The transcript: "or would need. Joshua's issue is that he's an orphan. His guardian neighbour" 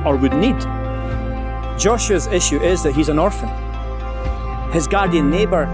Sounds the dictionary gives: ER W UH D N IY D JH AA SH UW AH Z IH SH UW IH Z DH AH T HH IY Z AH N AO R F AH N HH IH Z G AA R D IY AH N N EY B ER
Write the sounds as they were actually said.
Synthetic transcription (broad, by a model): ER W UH D N IY D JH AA SH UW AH Z IH SH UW IH Z DH AH T HH IY Z AH N AO R F AH N HH IH Z G AA R D IY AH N N EY B ER